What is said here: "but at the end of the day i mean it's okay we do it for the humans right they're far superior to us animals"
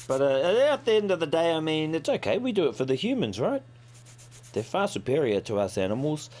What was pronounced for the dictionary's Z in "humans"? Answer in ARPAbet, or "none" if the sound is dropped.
Z